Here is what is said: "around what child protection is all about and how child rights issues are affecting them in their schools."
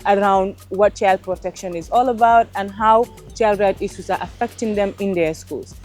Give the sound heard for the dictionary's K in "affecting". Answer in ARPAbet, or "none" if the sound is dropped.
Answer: K